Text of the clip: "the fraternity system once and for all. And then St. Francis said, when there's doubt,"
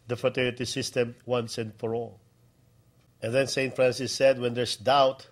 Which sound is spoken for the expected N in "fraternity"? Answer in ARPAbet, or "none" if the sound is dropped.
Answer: none